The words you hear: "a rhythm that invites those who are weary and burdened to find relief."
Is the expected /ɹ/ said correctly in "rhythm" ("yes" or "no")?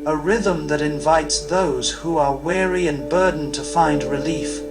yes